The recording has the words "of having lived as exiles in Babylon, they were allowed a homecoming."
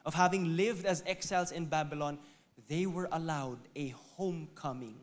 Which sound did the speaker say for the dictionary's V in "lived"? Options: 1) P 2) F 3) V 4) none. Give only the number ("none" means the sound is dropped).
3